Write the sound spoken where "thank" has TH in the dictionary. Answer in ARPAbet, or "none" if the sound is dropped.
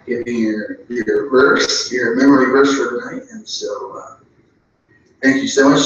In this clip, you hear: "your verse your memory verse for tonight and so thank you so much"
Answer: TH